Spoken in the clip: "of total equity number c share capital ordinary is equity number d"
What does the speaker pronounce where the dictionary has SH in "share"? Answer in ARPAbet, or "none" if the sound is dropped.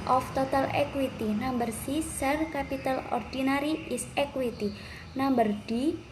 S